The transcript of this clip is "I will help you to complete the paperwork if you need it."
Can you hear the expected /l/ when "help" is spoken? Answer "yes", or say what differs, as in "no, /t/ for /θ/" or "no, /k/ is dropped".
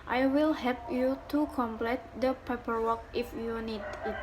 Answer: no, /l/ is dropped